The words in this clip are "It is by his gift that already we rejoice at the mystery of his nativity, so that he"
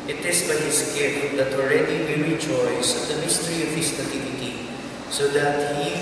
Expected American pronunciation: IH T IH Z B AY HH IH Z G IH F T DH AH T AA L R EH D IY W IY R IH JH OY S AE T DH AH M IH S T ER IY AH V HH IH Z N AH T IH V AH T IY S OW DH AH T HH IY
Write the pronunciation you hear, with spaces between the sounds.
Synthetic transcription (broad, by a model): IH T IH S B AY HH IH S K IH T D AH T AA L R EH D IY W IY R IH JH OY S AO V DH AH M IH S T ER IY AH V HH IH S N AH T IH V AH T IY S OW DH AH T HH IY